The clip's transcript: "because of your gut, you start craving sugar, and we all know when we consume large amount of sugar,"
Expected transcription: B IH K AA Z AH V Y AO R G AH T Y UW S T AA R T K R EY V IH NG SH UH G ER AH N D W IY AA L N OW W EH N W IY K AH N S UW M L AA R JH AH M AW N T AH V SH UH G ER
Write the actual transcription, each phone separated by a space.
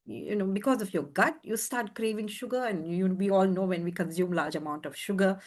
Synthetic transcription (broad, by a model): B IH K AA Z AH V Y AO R G AH T Y UW S T AA R T K R EY V IH NG SH UH G ER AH N D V IY AA L N OW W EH N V IY K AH N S UW M L AA R JH AH M AW N T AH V SH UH G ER